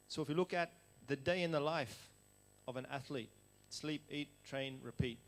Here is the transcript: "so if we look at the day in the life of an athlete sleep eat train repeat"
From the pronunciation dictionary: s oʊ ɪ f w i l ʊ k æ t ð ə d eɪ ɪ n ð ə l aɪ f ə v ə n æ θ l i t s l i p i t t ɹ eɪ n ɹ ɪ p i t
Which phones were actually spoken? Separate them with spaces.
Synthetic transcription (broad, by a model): s oʊ ɪ f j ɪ l ʊ k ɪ t ð ə d eɪ ɪ n ð ə l aɪ f ə v ə n æ θ l i t s l i p i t t ɹ eɪ n ɹ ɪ p i t